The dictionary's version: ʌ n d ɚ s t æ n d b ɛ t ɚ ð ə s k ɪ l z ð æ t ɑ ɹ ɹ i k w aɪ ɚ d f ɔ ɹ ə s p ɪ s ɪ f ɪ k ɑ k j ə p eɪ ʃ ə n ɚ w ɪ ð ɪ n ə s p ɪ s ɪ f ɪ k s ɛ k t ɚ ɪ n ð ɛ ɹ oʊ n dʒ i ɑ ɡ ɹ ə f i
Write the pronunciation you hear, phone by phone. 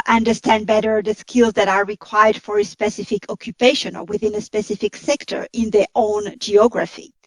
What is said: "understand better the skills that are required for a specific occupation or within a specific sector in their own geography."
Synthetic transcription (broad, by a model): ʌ n d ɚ s t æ n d b ɛ t ɚ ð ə s k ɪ l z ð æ t ɑ ɹ ɹ i k w aɪ ɚ d f ɔ ɹ ə s p ɪ s ɪ f ɪ k ɑ k j ə p eɪ ʃ ə n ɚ w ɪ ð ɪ n ə s p ɪ s ɪ f ɪ k s ɛ k t ɚ ɪ n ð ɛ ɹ oʊ n dʒ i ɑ ɡ ɹ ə f i